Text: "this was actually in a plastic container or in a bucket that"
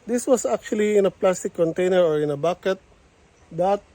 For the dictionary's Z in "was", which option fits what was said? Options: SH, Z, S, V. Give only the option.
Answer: S